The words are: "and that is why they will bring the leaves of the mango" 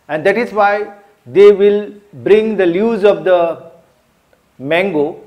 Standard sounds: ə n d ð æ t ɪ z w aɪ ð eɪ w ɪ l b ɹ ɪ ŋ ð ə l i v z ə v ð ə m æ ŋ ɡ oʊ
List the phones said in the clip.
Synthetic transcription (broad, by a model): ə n d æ t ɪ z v aɪ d eɪ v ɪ l b ɹ ɪ ŋ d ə l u z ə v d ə m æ ŋ ɡ oʊ